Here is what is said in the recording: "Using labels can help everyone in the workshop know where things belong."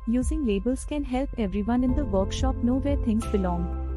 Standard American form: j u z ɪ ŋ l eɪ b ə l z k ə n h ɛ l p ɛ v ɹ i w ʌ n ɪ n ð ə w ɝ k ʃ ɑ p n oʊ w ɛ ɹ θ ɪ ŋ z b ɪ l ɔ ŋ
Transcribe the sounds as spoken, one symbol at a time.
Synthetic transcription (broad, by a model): j u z ɪ ŋ l eɪ b ə l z k ə n h ɛ l p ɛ v ɹ i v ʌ n ɪ n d ə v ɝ k ʃ ɑ p n oʊ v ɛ ɹ t ɪ ŋ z b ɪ l ɔ ŋ